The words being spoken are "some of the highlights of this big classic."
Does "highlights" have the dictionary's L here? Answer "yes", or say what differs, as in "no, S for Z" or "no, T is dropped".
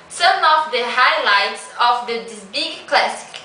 yes